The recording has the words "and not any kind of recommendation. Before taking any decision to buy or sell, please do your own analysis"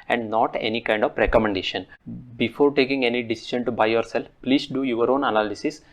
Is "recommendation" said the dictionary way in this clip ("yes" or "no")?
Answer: yes